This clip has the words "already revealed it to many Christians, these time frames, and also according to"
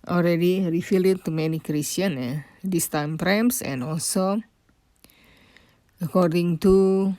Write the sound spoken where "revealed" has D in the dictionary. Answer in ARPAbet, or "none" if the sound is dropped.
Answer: none